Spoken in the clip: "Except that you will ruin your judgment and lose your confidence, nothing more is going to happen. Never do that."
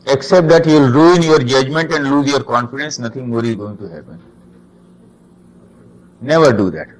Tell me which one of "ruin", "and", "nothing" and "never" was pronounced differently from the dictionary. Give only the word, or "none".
nothing